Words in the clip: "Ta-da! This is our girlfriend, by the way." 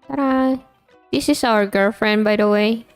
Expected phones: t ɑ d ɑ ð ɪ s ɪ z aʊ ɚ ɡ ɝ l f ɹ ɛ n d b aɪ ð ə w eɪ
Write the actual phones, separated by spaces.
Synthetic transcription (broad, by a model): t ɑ d ɑ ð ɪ s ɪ s aʊ ɚ ɡ ɝ l f ɹ ɛ n d b aɪ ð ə w eɪ